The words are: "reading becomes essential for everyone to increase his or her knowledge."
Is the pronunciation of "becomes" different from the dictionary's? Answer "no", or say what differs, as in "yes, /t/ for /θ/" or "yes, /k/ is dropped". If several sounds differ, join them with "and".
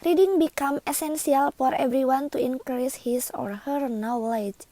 yes, /z/ is dropped